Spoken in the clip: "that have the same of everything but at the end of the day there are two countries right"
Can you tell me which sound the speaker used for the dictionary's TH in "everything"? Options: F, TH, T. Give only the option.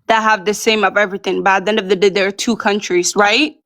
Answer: TH